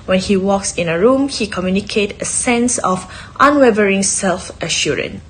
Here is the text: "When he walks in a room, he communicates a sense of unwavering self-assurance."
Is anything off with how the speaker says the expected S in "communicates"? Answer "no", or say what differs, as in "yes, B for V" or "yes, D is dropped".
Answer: yes, S is dropped